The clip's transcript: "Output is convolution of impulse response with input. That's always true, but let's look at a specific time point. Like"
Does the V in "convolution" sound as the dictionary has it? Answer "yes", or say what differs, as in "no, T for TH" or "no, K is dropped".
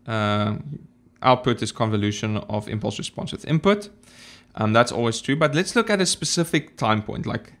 yes